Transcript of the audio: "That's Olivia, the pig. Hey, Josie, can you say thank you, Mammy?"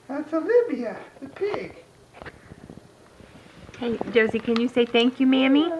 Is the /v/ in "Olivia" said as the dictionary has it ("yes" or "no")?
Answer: no